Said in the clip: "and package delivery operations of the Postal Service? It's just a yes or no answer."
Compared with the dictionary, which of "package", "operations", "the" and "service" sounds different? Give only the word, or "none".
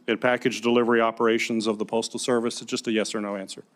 none